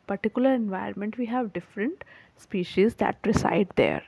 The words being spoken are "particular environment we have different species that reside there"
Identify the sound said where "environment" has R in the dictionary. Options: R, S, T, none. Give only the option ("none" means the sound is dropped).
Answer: none